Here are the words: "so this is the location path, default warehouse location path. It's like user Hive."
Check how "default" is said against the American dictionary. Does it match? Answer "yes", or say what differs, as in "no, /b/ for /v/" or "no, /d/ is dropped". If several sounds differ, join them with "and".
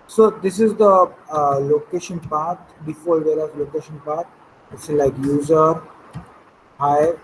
no, /l/ is dropped